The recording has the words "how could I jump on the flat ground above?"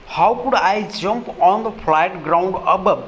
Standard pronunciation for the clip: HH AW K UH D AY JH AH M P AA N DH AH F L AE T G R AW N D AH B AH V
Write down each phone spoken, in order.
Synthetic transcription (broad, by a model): HH AW K UH D AY JH AH M P AA N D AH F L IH T G R AW N D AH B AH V